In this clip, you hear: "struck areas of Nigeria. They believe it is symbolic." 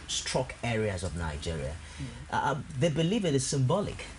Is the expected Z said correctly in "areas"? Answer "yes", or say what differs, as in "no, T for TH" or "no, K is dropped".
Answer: yes